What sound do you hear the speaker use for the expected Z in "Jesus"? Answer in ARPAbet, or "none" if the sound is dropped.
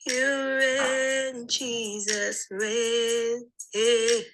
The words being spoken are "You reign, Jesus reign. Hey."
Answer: Z